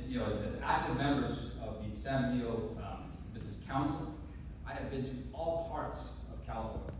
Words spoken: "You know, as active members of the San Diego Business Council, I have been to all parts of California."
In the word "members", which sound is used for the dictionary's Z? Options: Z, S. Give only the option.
Z